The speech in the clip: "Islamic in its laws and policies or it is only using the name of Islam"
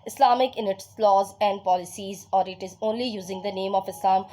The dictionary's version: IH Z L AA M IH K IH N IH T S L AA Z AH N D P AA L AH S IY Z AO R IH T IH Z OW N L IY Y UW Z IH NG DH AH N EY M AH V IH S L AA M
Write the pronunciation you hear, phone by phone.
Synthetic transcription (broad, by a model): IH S L AA M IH K IH N IH T S L AA Z AH N D P AA L AH S IY Z AO R IH T IH Z OW N L IY Y UW Z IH NG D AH N EY M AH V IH S L AA M